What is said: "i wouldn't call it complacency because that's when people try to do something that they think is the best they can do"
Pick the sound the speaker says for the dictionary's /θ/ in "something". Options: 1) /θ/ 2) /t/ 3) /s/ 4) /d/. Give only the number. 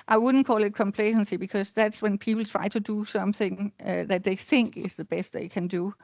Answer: 1